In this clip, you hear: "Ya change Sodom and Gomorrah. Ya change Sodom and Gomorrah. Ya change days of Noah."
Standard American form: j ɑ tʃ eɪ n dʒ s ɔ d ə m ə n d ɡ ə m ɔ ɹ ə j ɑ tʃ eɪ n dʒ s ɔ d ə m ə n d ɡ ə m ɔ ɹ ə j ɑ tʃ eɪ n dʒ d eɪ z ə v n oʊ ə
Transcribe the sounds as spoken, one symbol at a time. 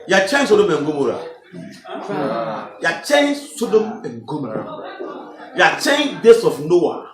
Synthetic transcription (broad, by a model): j ɑ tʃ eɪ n s ɔ d ə m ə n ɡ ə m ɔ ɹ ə j ɑ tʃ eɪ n s ɔ d ə m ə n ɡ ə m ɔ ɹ j ɑ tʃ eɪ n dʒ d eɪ s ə f n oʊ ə